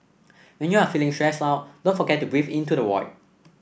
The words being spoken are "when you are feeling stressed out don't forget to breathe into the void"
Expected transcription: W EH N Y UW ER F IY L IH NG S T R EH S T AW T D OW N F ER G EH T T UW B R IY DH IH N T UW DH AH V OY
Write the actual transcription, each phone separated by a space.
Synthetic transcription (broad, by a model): W EH N Y UW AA F IY L IH NG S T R EH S AW T D OW N F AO G EH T T UW B R IY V IH N T UW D AH W OY